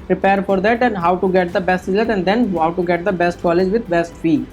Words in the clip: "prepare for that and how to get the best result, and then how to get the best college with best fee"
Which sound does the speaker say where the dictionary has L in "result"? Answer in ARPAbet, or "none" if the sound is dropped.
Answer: none